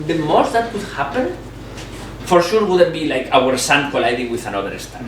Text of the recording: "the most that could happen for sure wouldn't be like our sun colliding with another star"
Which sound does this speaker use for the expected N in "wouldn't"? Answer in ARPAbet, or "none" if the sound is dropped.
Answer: none